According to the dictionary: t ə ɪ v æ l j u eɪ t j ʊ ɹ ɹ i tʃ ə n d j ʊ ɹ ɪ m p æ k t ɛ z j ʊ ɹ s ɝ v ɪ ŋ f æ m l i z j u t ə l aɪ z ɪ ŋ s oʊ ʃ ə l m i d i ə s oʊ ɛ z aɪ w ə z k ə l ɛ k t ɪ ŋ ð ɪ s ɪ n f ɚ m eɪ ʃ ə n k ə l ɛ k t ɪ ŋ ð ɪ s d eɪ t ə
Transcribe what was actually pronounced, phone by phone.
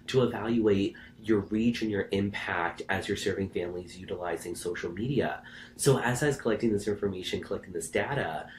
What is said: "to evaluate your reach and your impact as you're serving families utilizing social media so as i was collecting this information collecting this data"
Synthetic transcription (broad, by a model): t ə ɪ v æ l j u eɪ t j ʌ ɹ ɹ i tʃ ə n j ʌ ɹ ɪ m p æ k t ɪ z j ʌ ɹ s ɝ v ɪ ŋ f æ m l i z j u t ə l aɪ z ɪ ŋ s oʊ ʃ l m i d i ə s oʊ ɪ z aɪ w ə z k ə l ɛ k t ɪ ŋ ð ɪ s ɪ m f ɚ m eɪ ʃ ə n k ə l ɛ k t ɪ ŋ ð ɪ s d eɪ t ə